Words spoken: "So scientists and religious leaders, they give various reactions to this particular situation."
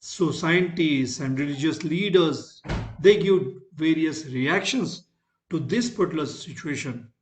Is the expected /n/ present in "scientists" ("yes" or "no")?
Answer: no